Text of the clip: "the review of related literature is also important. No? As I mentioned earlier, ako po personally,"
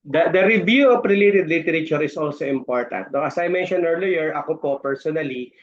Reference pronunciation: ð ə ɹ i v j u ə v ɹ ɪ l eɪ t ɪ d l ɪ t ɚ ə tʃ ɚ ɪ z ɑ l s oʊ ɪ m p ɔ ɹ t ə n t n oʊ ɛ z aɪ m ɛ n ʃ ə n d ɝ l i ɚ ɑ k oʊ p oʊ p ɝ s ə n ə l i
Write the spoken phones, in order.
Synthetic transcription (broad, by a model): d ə ɹ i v j u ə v ɹ ɪ l eɪ t ɪ d l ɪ t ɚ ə tʃ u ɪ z ɑ l s oʊ ɪ m p ɔ ɹ t ə n t n oʊ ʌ s aɪ m ɛ n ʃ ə n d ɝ l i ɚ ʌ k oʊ p oʊ p ɝ s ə n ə l i